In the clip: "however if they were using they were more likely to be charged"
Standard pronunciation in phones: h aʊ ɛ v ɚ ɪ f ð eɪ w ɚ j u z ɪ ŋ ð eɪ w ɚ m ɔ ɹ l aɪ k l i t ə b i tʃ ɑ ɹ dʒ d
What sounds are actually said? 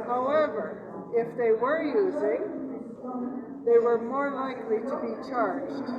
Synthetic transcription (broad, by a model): h aʊ ɛ v ɚ ɪ f ð eɪ w ɚ j u z ɪ ŋ ð eɪ w ɚ m ɔ ɹ l aɪ k l i t ə b i tʃ ɑ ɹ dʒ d